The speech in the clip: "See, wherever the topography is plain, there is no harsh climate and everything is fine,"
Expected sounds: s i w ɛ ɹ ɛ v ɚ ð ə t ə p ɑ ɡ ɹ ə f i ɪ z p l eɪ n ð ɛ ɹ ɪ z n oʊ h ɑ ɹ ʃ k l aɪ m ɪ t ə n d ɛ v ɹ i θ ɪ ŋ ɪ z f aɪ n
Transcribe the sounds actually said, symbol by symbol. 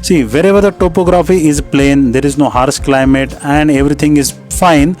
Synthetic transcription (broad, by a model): s i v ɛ ɹ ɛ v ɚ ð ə t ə p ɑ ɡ ɹ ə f i ɪ z p l eɪ n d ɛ ɹ ɪ z n oʊ h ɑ ɹ s k l aɪ m ɪ t ə n d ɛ v ɹ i t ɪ ŋ ɪ z f aɪ n